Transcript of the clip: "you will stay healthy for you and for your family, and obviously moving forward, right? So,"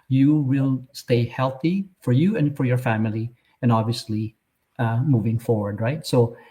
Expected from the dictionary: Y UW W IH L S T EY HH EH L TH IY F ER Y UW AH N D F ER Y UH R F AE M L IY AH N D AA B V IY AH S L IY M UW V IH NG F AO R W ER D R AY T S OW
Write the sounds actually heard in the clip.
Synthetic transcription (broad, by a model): Y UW W IH L S T EY HH EH L TH IY F ER Y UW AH N F ER Y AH R F AE M L IY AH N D AA B V IY AH S L IY M UW V IH NG F AO R W ER D R AY T S OW